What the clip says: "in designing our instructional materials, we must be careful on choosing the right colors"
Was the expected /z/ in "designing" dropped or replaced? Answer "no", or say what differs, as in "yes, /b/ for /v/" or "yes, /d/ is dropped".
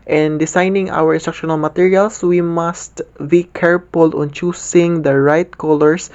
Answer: yes, /s/ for /z/